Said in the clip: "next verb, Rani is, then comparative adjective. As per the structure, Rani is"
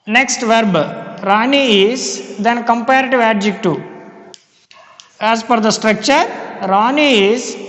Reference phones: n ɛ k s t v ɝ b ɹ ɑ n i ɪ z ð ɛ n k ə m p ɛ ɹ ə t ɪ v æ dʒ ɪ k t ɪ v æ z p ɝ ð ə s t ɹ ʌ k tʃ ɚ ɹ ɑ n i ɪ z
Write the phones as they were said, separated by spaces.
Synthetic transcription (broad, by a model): n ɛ k s t v ɝ b ɹ ɑ n i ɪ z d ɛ n k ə m p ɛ ɹ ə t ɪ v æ dʒ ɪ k t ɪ æ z f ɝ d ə s t ɹ ʌ k tʃ ɚ ɹ ɑ n i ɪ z